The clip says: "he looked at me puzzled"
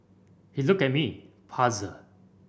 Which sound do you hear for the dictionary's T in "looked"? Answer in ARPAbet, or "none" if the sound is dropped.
none